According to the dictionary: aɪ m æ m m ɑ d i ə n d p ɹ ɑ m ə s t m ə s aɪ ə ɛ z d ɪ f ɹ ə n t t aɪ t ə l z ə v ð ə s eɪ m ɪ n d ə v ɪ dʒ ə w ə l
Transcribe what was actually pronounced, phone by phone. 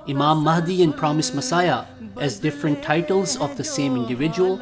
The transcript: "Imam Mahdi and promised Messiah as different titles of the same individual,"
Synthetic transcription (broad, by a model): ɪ m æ m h d i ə n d p ɹ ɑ m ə s m ə s aɪ ə ɛ z d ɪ f ɹ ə n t t aɪ t ə l z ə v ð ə s eɪ m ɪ n d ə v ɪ dʒ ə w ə l